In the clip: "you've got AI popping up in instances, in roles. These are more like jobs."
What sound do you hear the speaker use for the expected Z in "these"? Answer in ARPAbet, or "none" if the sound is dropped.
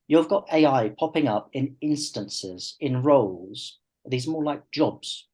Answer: Z